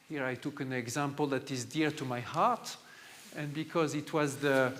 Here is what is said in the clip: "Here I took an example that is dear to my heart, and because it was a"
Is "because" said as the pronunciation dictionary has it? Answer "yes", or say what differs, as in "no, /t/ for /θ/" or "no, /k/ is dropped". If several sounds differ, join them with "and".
yes